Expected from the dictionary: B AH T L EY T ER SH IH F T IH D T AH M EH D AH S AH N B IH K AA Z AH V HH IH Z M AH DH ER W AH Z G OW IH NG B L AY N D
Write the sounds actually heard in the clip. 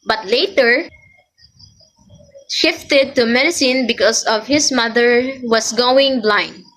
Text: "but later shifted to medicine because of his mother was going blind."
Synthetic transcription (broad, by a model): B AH T L EY T ER SH IH F T IH D T AH M EH D AH S AH N B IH K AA S AH V HH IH S M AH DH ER W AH S G OW IH NG B L AY N D